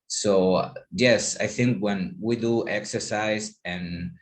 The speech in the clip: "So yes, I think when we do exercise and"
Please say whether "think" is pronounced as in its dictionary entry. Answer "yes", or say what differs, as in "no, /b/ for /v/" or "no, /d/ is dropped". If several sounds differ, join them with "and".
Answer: yes